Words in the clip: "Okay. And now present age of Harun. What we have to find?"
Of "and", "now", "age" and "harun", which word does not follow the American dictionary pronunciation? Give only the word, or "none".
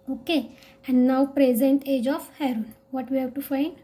none